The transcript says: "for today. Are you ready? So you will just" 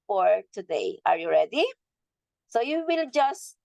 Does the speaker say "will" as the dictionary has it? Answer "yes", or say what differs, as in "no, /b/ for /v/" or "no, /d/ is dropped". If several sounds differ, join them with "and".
yes